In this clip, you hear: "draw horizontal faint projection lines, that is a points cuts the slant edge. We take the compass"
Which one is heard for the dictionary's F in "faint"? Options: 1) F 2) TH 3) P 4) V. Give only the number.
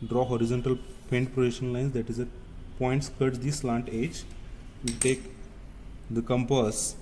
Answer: 3